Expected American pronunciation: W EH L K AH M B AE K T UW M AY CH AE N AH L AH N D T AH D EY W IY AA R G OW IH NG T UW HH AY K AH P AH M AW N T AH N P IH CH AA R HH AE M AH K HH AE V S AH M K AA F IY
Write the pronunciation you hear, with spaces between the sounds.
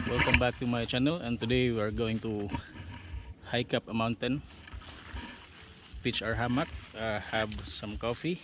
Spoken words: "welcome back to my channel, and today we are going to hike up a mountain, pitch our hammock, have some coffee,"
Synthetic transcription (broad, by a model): W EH L K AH M B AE K T UW M AY CH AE N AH L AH N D T AH D EY W IY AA R G OW IH NG T UW HH AY K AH P AH M AW N T AH N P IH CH AA R HH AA M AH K HH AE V S AH M K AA F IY